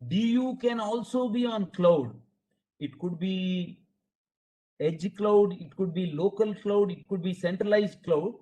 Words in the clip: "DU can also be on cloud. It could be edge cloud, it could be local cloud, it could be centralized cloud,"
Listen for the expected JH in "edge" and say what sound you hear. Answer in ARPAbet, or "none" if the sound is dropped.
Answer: JH